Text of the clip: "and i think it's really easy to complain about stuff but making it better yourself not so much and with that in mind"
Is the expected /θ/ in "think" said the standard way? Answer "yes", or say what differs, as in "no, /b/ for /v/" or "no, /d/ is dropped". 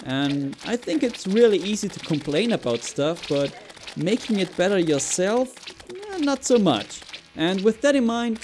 yes